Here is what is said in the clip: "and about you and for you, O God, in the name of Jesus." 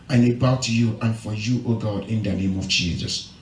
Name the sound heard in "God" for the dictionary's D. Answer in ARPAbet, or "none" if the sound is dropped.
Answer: D